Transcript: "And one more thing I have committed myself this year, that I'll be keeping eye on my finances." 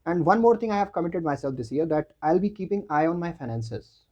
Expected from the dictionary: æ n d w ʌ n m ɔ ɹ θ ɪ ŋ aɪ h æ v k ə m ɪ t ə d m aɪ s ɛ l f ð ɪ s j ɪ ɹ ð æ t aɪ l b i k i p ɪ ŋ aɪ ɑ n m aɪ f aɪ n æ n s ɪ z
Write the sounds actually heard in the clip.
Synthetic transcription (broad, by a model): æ n d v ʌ n m ɔ ɹ t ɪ ŋ aɪ h æ v k ə m ɪ t ə d m aɪ s ɛ l f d ɪ s j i ɹ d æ t aɪ l b i k i p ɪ ŋ aɪ ɑ n m aɪ f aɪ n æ n s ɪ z